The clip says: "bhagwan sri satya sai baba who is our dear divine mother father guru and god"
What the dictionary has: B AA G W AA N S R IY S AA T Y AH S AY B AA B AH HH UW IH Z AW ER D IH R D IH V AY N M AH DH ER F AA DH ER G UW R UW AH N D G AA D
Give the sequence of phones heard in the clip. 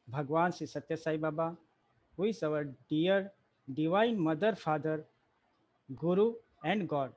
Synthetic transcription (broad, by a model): B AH G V AA N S IY S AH T Y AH S AY B AA B AH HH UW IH S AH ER D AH R D IH V AY N M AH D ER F AA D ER G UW R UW AH N D G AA D